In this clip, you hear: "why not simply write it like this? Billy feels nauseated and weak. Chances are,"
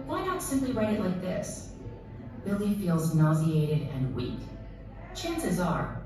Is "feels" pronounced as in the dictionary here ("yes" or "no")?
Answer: yes